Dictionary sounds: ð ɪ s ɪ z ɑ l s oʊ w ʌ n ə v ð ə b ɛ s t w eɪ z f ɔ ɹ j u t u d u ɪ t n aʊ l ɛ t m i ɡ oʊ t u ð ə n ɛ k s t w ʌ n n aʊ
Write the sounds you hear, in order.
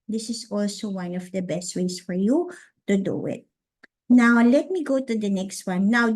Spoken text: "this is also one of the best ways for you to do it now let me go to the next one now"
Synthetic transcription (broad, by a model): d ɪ s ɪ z ɑ l s oʊ w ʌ n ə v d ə b ɛ s t w eɪ s f ɔ ɹ j u t u d u ɪ t n aʊ l ɛ t m i ɡ oʊ t u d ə n ɛ k s t w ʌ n n aʊ